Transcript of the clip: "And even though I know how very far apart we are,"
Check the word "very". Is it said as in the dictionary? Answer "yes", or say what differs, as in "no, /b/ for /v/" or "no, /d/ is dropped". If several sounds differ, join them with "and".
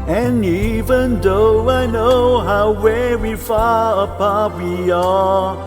no, /w/ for /v/ and /w/ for /ɹ/